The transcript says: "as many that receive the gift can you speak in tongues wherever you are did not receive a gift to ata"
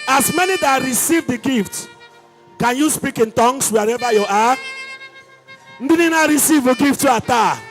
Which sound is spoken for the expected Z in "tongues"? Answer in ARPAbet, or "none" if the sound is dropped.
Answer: S